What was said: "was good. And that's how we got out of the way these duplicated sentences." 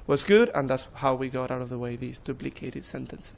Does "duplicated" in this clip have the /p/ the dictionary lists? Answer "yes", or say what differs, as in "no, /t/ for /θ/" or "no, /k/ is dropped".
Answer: no, /b/ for /p/